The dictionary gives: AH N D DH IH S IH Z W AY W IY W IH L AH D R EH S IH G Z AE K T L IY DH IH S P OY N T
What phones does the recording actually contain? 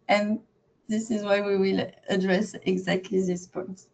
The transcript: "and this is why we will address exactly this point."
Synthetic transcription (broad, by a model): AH N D DH IH S IH Z W AY W IY W IH L AH D R EH S IH G Z AE K T L IY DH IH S P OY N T